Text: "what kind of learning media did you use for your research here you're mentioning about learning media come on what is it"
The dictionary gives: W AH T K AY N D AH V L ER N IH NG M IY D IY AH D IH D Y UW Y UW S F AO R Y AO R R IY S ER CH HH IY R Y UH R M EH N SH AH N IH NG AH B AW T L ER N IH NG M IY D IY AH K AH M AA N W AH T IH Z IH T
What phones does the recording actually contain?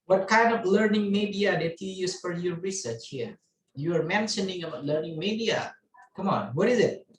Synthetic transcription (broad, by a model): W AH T K AY N D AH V L ER N IH NG M IY D IY AH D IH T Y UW Y UW S F AO R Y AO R R IY S ER CH HH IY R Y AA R M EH N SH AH N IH NG AH B AW T L ER N IH NG M IY D IY AH K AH M AA N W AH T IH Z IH T